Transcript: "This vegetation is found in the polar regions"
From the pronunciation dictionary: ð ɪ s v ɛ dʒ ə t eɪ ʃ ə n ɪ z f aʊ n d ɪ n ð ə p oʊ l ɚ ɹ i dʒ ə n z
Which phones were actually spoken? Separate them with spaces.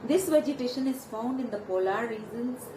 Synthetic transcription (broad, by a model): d ɪ s v ɛ dʒ ə t eɪ ʃ ə n ɪ z f aʊ n d ɪ n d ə p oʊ l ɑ ɹ i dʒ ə n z